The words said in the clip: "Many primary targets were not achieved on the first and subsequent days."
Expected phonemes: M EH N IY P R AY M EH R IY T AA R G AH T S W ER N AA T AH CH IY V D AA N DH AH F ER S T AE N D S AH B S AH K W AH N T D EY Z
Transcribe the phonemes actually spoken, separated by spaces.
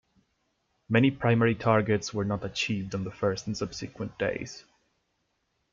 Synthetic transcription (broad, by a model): M EH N IY P R AY M EH R IY T AA R G AH T S W ER N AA T AH CH IY V D N DH AH F ER S T N S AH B S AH K W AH N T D EY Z